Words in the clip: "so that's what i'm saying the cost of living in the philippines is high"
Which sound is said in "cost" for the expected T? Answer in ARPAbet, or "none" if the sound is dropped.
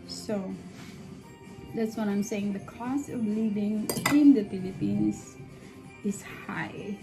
none